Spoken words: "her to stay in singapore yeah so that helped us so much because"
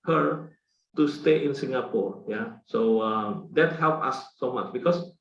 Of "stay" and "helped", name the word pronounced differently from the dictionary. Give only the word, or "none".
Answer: helped